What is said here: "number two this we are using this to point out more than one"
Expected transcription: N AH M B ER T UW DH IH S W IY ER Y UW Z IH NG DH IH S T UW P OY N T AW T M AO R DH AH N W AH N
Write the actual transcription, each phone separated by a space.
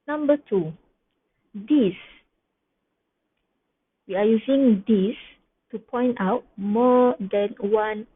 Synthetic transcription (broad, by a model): N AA M B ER T UW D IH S W IY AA Y UW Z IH NG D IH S T UW P OY N T AW T M AO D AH N W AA N